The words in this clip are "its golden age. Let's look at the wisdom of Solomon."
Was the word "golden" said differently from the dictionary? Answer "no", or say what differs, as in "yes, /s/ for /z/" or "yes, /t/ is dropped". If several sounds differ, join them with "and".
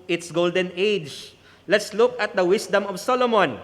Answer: no